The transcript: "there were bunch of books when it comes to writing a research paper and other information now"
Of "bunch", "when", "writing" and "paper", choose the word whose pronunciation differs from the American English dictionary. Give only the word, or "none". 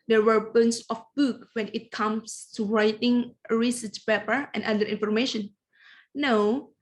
bunch